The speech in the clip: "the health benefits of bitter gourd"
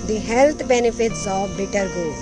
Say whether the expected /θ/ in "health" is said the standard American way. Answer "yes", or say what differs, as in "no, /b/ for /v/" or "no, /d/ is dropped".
no, /t/ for /θ/